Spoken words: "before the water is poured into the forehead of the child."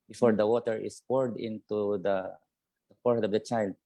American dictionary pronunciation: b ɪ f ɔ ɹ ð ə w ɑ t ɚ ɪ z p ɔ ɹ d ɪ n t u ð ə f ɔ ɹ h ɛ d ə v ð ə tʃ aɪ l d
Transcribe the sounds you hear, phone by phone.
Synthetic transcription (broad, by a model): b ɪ f ɔ ɹ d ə w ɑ t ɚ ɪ s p ɔ ɹ d ɪ n t u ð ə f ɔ ɹ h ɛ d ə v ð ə tʃ aɪ l d